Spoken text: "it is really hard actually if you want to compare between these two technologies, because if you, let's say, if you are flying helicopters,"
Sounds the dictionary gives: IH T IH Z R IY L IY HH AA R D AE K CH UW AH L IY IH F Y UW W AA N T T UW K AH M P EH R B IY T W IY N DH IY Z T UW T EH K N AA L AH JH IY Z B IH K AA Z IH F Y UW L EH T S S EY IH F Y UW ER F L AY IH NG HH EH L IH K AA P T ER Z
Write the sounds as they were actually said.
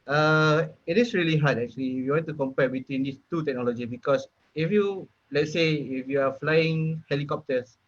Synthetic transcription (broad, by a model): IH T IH S R IY L IY HH AA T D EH K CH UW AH L IY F Y UW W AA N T T UW K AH M P EH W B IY T W IY N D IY S T UW T EH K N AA L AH JH IY B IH K AA S IH F Y UW L EH T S S EY IH F Y UW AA F L AY IH NG HH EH L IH K AA P T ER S